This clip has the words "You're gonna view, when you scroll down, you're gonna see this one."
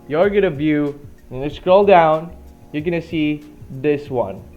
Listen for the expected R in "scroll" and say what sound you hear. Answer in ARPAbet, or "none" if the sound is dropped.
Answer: R